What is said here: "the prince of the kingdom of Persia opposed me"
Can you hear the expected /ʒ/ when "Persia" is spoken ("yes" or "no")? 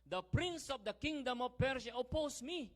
no